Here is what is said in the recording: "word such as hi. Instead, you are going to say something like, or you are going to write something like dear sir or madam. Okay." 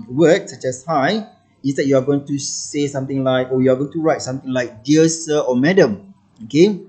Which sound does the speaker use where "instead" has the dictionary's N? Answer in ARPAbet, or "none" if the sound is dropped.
none